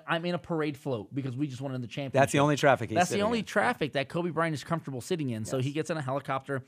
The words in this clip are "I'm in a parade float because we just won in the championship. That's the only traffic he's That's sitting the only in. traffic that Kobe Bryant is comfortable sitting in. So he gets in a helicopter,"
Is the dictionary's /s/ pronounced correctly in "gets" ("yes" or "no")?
yes